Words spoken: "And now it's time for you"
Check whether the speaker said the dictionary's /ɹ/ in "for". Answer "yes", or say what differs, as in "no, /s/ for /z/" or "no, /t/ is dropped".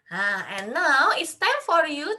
yes